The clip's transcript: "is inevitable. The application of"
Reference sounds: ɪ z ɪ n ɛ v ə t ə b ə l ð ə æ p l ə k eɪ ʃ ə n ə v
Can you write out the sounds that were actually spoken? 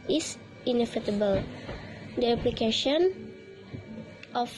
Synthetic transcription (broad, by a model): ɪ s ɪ n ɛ f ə t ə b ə l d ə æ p l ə k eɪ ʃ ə n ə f